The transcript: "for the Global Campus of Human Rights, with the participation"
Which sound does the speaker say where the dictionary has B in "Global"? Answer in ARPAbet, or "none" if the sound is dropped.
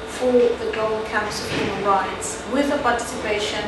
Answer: none